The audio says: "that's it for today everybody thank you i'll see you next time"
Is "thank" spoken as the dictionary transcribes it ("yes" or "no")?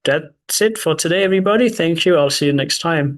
yes